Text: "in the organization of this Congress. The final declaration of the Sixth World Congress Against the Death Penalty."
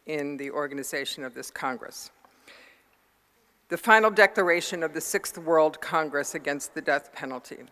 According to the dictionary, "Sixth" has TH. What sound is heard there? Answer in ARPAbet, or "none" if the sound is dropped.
TH